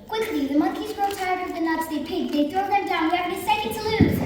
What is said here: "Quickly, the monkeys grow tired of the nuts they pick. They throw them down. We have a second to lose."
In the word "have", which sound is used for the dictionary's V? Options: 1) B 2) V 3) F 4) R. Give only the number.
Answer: 1